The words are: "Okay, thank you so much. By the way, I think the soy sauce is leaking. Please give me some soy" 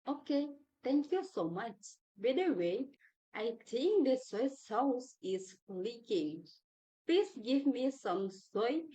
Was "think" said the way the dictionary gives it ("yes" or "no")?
no